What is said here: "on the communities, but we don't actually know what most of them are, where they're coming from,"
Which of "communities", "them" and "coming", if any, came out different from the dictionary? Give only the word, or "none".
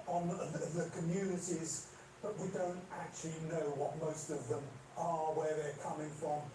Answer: none